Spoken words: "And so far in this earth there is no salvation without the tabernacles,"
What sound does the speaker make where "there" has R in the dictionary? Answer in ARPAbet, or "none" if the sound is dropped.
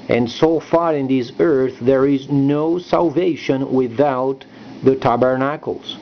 R